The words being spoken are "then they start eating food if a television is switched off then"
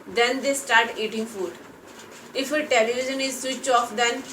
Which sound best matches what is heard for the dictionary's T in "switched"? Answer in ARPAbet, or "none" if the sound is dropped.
none